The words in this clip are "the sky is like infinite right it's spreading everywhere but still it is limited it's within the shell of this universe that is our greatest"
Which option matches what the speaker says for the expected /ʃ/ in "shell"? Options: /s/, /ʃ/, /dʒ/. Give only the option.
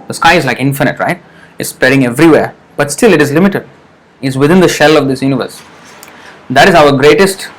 /ʃ/